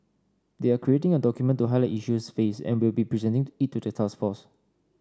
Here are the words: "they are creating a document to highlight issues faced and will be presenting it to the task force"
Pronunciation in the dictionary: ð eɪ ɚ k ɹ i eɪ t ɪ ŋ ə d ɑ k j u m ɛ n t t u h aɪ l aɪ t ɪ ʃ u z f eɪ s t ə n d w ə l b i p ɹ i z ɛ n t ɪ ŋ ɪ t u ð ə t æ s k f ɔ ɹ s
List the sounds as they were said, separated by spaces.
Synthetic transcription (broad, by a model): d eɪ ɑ k ɹ i eɪ t ɪ ŋ ə d ɑ k j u m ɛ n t t u h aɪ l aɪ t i ʃ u s f eɪ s ə n w ə l b i p ɹ i z ɛ n t ɪ ŋ ɪ t u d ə t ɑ s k f ɔ s